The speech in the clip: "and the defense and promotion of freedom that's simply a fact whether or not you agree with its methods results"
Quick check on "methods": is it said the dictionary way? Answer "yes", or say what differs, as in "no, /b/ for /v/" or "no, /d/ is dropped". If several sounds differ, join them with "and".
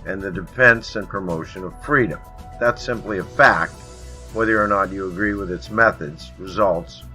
yes